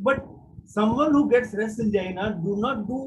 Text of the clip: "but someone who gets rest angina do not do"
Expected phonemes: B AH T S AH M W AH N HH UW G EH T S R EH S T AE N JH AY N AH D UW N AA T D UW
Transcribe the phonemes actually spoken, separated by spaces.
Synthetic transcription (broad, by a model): B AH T S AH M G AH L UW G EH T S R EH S AE N JH AY N AH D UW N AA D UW